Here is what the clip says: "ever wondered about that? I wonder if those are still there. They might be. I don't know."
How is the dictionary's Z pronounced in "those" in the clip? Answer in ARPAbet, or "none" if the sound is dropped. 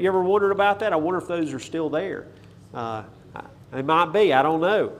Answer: Z